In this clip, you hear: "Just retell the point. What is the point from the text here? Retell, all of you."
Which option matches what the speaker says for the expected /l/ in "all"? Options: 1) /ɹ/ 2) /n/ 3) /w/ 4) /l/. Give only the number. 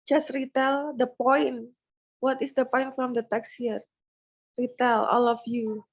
4